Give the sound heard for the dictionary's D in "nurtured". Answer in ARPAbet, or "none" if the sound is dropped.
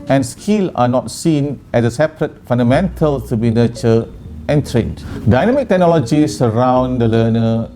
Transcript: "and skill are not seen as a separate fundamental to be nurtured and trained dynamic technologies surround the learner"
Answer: none